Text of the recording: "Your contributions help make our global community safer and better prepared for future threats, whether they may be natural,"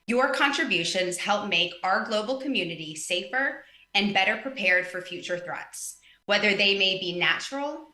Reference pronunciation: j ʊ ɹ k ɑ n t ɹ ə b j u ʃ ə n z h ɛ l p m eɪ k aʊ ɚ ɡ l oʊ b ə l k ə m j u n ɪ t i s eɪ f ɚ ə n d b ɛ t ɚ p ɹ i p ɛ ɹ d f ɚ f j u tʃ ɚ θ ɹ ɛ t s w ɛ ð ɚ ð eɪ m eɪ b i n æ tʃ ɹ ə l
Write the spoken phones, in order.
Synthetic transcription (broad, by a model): j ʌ ɹ k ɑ n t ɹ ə b j u ʃ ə n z h ɛ l p m eɪ k aʊ ɚ ɡ l oʊ b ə l k ə m j u n ɪ t i s eɪ f ɚ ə n b ɛ t ɚ p ɹ i p ɛ ɹ d f ɚ f j u tʃ ɚ θ ɹ ɛ t s w ɛ ð ɚ ð eɪ m eɪ b i n æ tʃ ɹ l